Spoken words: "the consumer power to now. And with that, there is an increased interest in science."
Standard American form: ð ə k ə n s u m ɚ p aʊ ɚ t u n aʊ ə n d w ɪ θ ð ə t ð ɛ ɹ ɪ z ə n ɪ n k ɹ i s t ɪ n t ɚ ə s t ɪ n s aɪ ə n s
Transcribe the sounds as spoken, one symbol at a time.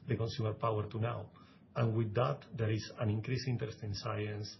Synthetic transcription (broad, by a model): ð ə k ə n s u m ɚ p aʊ ɚ t u n aʊ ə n w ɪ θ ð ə t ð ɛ ɹ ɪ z ə n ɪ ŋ k ɹ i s i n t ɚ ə s t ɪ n s aɪ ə n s